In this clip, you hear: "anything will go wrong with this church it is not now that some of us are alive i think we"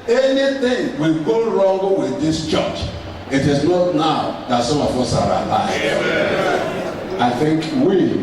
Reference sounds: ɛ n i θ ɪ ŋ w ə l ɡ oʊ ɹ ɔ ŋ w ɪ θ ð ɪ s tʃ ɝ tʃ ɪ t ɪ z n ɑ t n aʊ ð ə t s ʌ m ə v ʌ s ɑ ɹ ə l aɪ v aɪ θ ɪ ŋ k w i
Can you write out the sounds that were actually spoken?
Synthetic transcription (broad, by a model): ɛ n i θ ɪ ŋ w ə l ɡ oʊ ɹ ɔ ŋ w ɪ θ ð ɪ s tʃ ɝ tʃ ɪ t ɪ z n ɑ t n aʊ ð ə t s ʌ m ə f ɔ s ɑ ɹ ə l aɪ aɪ θ ɪ ŋ k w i